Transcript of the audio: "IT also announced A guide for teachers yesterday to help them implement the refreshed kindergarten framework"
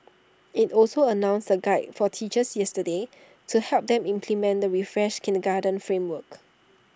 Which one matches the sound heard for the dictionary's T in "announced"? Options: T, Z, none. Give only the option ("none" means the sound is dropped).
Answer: none